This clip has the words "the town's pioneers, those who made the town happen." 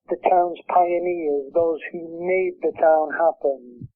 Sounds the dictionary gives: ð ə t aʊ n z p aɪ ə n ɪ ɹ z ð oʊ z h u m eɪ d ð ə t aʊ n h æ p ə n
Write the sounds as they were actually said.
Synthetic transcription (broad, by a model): ð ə t aʊ n z p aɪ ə n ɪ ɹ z ð oʊ z h u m eɪ d ð ə t aʊ n h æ p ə n